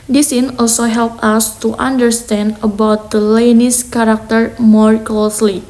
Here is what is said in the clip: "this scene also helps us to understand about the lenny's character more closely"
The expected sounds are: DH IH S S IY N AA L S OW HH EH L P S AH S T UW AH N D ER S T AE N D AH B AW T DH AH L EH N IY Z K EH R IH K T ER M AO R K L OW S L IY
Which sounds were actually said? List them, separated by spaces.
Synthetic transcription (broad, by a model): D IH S S IY N AA L S OW HH EH L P AH S T UW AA N D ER S T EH N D AH B AW T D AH L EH N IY S K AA R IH K T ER M AO R K L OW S L IY